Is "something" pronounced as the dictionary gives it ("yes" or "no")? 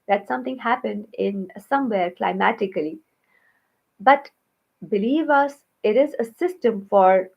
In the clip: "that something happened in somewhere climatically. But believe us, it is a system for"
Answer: no